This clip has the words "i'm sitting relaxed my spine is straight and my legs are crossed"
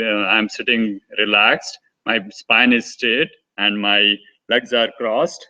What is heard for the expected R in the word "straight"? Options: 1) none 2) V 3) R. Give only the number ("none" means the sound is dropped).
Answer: 1